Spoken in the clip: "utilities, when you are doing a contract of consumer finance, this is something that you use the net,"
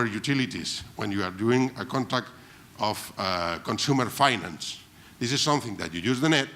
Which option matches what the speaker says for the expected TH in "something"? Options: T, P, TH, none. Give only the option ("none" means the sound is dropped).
TH